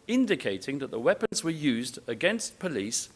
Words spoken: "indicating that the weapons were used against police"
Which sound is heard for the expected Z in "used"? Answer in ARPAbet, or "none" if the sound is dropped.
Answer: Z